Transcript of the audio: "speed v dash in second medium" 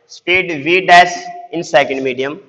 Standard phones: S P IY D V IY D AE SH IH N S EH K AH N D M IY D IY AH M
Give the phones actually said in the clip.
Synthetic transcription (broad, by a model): S P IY D V IY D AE S IH N S EH K AH N D M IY D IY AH M